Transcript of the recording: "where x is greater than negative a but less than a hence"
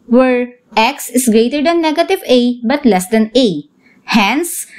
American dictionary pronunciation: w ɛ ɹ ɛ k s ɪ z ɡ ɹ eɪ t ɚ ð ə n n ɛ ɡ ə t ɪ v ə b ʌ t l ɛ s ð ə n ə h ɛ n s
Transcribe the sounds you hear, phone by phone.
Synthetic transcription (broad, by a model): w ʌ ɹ ɛ k s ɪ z ɡ ɹ eɪ t ɚ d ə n n ɛ ɡ ə t ɪ v ə b ʌ t l ɛ s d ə n ə h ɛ n s